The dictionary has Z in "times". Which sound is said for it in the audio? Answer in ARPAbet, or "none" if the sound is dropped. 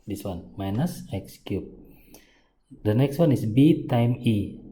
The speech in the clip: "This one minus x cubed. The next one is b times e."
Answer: none